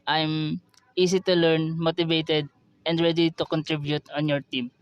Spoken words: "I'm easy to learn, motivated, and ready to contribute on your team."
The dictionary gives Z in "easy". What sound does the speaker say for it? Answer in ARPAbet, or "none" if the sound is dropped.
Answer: S